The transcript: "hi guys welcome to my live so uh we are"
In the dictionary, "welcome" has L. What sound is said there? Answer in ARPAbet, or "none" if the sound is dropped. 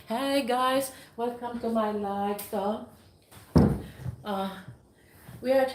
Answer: none